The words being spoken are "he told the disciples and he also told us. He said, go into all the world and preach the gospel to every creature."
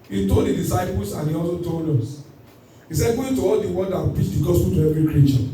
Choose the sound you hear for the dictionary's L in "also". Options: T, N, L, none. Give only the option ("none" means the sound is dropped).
L